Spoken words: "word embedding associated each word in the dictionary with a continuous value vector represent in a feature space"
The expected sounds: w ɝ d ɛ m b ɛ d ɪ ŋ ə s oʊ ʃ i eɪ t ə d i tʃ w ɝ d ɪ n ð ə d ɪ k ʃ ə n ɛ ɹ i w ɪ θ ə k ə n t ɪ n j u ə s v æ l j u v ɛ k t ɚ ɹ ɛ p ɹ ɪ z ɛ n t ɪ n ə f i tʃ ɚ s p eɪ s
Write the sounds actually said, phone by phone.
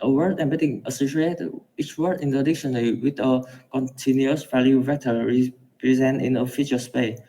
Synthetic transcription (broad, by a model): w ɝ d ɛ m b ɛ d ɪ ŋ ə s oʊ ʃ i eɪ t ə i tʃ w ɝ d ɪ n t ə d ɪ k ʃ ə n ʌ l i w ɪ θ ə k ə n t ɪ n j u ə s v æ l j u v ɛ t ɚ ɹ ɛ p ɹ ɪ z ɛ n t ɪ n ə f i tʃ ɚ s p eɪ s